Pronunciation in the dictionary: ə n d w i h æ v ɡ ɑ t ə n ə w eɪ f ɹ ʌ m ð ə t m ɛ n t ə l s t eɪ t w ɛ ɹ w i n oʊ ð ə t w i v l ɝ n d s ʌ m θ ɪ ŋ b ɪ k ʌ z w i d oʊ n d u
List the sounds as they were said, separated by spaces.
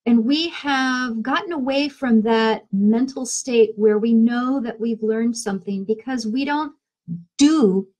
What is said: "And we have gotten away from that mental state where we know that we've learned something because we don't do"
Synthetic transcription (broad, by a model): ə n w i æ v ɡ ɑ t n ə w eɪ f ɹ ʌ m ð ə t m ɛ n t l s t eɪ t w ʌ ɹ w i n oʊ ð ə t w i v l ɝ n d s ʌ m θ ɪ ŋ b ɪ k ʌ z w i d oʊ n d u